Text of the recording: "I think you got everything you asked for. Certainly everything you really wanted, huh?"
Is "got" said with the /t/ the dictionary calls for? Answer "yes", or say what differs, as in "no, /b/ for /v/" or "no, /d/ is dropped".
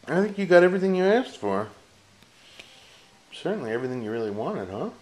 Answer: yes